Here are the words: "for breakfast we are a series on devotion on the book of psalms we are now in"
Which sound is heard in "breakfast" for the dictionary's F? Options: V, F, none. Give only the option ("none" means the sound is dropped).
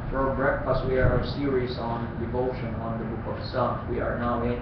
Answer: F